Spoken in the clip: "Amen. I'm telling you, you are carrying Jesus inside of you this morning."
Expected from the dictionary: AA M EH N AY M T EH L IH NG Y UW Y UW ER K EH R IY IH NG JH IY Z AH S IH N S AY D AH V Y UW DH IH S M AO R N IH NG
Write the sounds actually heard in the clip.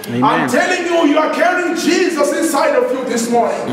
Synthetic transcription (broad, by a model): AA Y M T EH L IH NG Y UW Y UW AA K EH R IY IH NG JH IY Z AH S IH N S AY D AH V Y UW DH IH S M AO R N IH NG